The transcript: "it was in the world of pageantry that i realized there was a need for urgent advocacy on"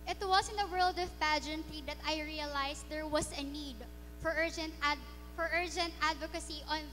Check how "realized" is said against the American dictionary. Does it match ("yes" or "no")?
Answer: no